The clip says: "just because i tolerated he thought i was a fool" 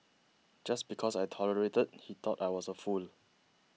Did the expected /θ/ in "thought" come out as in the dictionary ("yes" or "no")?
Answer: no